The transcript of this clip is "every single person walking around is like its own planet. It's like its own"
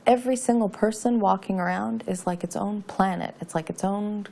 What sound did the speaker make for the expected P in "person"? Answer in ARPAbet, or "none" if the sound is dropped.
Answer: P